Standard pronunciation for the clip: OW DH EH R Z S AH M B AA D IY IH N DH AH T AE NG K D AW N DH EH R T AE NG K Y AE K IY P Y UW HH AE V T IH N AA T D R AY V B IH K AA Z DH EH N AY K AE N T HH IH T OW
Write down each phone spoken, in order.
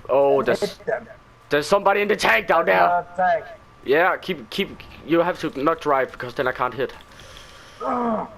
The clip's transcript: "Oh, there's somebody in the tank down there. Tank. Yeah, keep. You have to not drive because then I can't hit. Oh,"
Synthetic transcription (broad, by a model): OW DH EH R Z S AH M B AA D IY IH N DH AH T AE K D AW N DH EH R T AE K Y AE K IY P Y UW HH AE F T IH N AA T D R AY V B IH K AA Z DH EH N AY K AE N T HH IH T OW